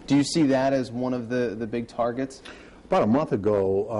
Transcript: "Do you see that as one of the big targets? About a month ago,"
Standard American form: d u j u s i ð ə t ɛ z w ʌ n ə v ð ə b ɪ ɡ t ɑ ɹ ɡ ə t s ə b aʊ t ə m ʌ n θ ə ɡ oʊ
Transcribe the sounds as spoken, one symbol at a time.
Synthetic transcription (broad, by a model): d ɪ j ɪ s i ð ə t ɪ z w ʌ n ə v ð ə b ɪ ɡ t ɑ ɹ ɡ ə t s ə b aʊ t ə m ʌ n θ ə ɡ oʊ